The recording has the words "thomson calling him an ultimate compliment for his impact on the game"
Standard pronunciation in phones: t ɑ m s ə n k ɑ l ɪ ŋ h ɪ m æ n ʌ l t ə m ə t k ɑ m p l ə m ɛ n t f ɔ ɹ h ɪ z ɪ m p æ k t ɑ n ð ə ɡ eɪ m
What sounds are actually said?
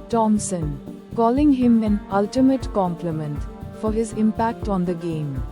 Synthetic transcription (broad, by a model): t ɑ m s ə n k ɑ l ɪ ŋ h ɪ m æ n ʌ l t ə m ə t k ɑ m p l ə m ɛ n t f ɔ ɹ h ɪ z ɪ m p æ k t ɑ n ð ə ɡ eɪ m